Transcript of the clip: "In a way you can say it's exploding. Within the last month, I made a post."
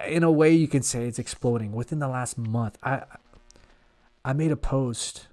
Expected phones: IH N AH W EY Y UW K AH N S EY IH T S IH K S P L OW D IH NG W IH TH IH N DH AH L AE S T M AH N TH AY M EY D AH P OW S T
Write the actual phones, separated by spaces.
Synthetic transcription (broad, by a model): IH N AH W EY Y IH K AH N S EY IH T S IH K S P L OW D IH NG W IH TH IH N DH AH L AE S T M AH N TH AY M EY D AH P OW S T